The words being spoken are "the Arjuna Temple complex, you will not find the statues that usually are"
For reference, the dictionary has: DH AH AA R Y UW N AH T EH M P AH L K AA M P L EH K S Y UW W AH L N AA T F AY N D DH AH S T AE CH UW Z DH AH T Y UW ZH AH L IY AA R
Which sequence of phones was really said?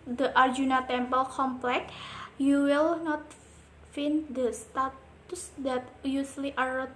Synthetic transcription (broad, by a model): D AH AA R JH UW N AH T EH M P AH L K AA M P L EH K Y UW W AH L N AA T F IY N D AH S T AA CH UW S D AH T Y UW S L IY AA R